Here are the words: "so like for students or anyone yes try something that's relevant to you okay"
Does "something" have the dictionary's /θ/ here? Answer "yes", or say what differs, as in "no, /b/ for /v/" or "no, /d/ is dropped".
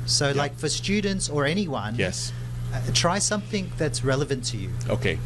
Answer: yes